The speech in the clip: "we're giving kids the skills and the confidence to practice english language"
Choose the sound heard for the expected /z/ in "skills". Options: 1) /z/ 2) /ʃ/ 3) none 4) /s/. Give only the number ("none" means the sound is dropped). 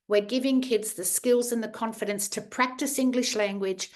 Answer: 1